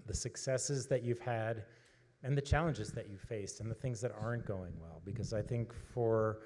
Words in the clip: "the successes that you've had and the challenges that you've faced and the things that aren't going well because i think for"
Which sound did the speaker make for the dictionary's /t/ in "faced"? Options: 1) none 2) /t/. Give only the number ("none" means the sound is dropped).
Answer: 2